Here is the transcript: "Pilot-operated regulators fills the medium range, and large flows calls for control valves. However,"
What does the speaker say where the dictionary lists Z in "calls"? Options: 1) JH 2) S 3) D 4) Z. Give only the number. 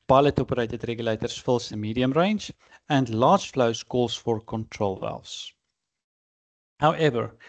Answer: 2